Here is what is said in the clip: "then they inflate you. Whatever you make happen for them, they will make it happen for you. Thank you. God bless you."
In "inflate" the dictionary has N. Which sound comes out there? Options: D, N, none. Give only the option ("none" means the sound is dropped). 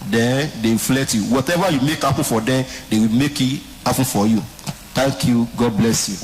none